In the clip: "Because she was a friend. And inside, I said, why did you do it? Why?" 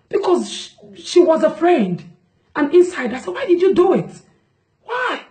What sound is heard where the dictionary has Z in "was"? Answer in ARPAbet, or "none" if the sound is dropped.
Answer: Z